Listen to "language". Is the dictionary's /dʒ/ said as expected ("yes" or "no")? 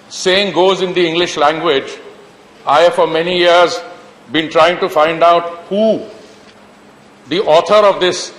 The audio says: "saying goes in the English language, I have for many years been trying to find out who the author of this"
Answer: yes